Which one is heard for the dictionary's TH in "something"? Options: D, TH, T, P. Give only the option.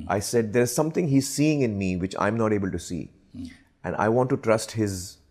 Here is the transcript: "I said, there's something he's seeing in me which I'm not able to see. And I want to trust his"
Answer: T